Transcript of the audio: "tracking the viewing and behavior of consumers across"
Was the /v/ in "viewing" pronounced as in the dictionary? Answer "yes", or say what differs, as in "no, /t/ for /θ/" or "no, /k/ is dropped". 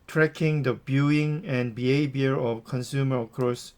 no, /b/ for /v/